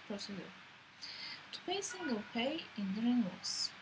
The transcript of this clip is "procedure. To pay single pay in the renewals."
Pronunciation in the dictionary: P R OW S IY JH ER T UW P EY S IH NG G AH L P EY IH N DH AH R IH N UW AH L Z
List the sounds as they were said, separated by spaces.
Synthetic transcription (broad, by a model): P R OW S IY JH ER T UW P EY S IH NG G AH L P EY IH N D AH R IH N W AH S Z